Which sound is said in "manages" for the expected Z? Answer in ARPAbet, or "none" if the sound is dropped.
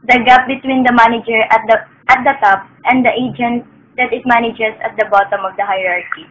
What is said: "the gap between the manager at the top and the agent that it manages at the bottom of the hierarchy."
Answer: S